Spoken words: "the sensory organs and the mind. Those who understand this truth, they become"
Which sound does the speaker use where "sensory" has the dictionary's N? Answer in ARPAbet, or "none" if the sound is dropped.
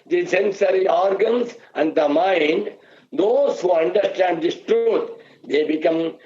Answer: N